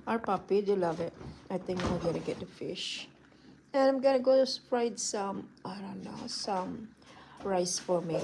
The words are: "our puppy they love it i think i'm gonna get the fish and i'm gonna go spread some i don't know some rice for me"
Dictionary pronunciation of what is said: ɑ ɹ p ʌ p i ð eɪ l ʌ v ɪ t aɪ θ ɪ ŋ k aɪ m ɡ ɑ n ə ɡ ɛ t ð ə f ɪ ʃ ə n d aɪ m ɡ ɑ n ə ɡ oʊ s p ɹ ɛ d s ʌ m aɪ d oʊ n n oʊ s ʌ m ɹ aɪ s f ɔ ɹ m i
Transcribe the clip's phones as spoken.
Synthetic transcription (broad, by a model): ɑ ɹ p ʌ p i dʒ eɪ l ʌ v ɪ t aɪ t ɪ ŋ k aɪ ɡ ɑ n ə ɡ ɛ t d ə f ɪ ʃ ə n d aɪ m ɡ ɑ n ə ɡ oʊ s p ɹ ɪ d s ʌ m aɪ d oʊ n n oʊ s ʌ m ɹ aɪ s f ɔ ɹ m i